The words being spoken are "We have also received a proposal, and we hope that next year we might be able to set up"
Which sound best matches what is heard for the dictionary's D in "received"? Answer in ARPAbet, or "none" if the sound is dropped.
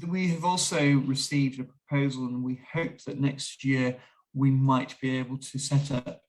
D